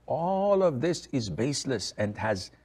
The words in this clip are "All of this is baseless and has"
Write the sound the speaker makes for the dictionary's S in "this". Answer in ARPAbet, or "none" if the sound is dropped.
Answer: S